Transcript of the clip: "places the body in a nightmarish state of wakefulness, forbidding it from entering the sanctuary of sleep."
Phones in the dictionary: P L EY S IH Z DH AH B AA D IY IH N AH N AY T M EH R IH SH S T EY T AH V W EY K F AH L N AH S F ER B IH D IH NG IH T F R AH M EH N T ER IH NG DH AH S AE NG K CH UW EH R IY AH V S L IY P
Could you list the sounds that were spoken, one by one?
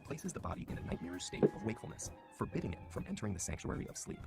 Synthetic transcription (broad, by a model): P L EY S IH Z DH AH B AA D IY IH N AH N AY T M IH R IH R S T EY T AH V W EY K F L N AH S F ER B IH D IH NG IH T F R AH M EH N T ER IH NG DH AH S AE NG K CH UW EH R IY AH V S L IY P